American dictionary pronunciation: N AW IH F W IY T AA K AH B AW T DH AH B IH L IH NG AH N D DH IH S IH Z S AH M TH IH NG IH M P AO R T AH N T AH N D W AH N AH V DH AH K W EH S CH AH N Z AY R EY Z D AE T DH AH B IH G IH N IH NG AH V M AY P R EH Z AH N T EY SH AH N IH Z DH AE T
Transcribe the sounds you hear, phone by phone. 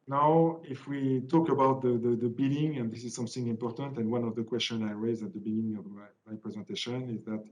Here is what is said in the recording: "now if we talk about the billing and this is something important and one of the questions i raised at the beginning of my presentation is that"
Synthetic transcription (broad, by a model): N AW IH F W IY T AA K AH B AW T DH AH B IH L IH NG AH N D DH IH S IH Z S AH M TH IH NG IH M P AO R T AH N T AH N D W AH N AH V DH AH K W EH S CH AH N AY R EY Z AE T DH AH B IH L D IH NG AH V M AY P R EH Z AH N T EY SH AH N IH Z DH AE T